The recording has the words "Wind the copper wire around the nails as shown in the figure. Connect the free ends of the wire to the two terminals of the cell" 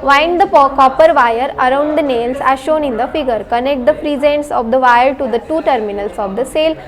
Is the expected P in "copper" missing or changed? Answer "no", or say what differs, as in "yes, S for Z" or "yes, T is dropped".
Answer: no